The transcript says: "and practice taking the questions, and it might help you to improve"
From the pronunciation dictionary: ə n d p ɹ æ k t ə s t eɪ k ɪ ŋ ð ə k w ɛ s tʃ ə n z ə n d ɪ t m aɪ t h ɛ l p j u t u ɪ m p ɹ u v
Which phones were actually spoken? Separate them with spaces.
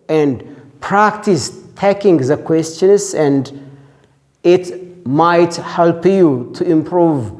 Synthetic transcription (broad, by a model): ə n d p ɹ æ k t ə s t eɪ k ɪ ŋ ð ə k w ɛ s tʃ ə n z ə n d ɪ t m aɪ t h ɛ l p j u t u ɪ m p ɹ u v